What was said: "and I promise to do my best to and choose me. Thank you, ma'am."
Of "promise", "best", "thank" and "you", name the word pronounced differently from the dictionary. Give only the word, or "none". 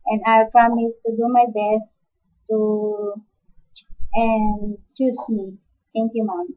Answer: thank